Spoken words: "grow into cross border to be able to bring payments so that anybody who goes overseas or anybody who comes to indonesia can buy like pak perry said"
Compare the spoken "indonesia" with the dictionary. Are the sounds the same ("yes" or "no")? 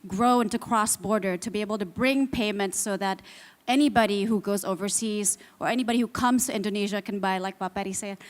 yes